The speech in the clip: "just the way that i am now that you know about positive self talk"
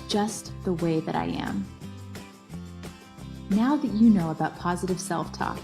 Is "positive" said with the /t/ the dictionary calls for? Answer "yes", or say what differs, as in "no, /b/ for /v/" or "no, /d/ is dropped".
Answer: yes